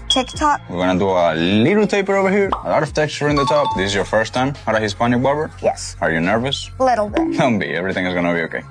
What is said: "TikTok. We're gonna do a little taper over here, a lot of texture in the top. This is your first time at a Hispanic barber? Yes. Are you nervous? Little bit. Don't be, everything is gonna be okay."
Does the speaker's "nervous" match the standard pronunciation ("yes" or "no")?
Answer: yes